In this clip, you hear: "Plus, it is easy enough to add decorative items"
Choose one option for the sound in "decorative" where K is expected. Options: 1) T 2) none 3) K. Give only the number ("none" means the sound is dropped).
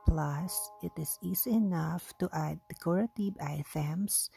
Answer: 2